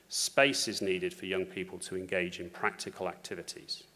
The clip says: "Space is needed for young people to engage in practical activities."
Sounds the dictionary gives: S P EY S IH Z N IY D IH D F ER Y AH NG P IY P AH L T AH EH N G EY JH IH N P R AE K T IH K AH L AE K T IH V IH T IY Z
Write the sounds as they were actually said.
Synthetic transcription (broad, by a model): S P EY S IH Z N IY D IH D F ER Y AH NG P IY P AH L T AH EH N G EY JH IH N P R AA K T IH K AH L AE K T IH V IH T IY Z